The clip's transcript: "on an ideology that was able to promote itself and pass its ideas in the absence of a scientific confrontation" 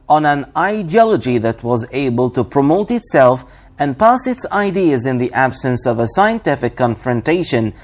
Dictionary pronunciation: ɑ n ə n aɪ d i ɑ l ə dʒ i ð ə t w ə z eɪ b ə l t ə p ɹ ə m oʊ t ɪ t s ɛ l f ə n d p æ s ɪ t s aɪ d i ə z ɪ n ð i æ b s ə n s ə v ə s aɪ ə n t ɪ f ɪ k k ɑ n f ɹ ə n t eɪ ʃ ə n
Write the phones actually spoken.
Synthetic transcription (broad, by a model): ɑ n ə n aɪ d i ɑ l ə dʒ i ð ə t w ə z eɪ b ə l t ə p ɹ ə m oʊ t ɪ t s ɛ l f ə n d p æ s ɪ t s aɪ d i ə z ɪ n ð i æ b s ə n s ə v ə s aɪ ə n t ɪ f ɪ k k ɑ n f ɹ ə n t eɪ ʃ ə n